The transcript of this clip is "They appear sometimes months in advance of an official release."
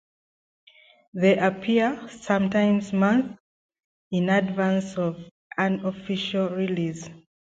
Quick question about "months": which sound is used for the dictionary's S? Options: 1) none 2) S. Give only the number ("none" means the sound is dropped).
1